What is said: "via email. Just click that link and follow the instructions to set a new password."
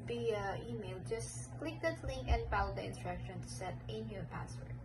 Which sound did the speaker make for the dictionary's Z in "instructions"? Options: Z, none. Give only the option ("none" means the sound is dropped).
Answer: none